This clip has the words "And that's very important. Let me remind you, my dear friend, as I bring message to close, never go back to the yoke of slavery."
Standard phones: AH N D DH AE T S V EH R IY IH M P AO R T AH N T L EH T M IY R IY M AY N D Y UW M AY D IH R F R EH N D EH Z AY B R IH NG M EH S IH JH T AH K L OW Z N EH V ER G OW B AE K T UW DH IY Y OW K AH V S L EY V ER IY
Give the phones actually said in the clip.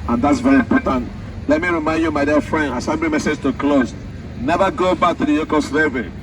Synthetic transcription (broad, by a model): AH N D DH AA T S V EH R IY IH M P AO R T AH N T L EH T M IY R IY M AY N D Y UW M AY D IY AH F R EH N D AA S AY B L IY M EH S IH JH T AH K L OW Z N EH V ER G OW B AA K T UW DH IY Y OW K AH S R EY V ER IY